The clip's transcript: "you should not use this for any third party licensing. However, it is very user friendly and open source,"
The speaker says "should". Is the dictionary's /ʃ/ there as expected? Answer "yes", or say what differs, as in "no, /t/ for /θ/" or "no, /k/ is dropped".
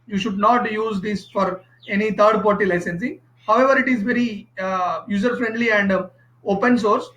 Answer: yes